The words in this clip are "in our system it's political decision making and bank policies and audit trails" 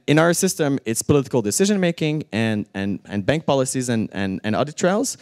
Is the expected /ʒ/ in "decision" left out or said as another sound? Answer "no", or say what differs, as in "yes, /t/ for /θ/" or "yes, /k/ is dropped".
no